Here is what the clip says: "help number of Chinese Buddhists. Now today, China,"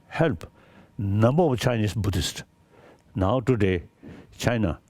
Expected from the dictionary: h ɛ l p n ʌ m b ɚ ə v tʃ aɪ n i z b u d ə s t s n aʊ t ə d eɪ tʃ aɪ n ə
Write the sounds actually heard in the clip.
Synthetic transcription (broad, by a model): h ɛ l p n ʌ m b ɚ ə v tʃ aɪ n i s b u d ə s t n aʊ t ə d eɪ tʃ aɪ n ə